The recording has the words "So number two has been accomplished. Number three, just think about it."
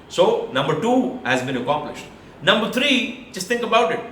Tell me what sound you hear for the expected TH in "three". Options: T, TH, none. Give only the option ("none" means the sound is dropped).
T